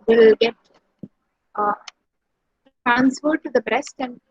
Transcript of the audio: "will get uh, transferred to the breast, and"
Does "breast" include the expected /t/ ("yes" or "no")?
yes